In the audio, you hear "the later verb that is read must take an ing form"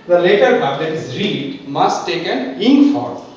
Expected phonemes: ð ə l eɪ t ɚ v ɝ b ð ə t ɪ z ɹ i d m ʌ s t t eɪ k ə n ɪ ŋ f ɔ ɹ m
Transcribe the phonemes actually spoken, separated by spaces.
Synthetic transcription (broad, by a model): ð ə l eɪ t ɚ b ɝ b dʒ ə t ɪ z ɹ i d m ʌ s t t eɪ k ə n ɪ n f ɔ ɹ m